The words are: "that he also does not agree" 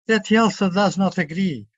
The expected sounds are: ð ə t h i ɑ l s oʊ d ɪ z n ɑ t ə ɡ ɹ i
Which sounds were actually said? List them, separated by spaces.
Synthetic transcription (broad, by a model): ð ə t h i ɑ l s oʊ d ɪ z n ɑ t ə ɡ ɹ i